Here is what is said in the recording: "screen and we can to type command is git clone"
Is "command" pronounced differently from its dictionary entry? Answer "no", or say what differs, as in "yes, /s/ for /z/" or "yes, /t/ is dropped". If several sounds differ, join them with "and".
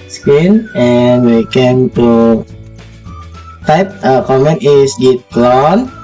yes, /d/ is dropped